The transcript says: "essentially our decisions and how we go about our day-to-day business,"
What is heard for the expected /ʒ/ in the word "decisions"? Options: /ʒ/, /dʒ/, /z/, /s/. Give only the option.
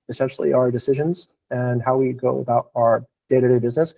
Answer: /ʒ/